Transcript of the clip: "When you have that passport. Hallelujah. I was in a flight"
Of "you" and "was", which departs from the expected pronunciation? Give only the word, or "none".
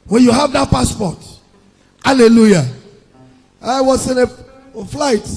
was